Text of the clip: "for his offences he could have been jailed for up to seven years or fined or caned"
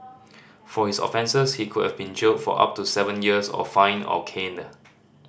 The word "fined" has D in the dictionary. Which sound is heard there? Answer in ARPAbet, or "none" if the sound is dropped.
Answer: none